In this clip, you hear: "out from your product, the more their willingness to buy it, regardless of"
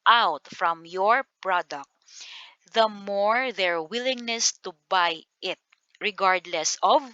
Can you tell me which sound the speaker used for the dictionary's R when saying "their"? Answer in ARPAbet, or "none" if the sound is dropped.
R